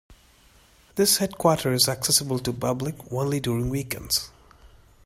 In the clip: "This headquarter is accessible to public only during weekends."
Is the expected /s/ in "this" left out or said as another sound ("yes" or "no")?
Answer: no